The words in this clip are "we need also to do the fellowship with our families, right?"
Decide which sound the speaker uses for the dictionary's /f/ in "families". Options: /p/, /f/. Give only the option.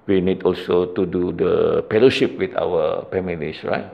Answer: /p/